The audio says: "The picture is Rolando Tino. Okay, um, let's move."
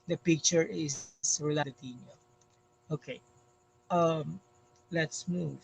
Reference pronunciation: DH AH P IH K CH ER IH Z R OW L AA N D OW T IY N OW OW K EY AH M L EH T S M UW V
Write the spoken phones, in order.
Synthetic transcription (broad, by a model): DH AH P IH K CH ER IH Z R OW L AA D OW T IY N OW OW K EY AH M L EH T S M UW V